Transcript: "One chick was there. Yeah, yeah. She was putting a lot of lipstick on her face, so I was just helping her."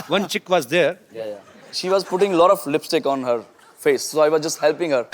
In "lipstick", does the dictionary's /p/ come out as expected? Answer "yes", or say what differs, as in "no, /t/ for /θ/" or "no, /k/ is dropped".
yes